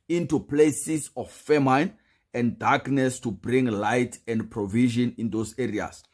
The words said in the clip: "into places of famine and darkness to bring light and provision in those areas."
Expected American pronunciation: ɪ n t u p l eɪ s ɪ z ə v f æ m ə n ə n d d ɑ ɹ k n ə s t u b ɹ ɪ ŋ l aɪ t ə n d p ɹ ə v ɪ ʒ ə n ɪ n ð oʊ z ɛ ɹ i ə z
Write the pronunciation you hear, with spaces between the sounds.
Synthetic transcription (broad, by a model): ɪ n t u p l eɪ s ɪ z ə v f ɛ m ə n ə n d d ɑ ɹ k n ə s t u b ɹ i ŋ l aɪ t ə n d p ɹ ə v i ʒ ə n ɪ n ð oʊ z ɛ ɹ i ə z